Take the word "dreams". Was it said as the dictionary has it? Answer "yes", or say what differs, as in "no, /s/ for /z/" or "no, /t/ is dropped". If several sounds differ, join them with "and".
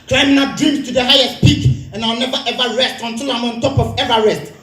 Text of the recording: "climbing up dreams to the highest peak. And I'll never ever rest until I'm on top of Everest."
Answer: no, /ɹ/ is dropped